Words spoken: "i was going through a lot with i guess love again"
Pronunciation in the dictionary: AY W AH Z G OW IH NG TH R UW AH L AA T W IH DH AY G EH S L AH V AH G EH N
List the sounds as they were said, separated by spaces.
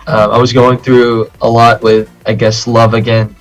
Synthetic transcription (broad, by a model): AY W AH Z G OW IH NG TH R UW AH L AA T W IH DH AY G EH S L AH V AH G EH N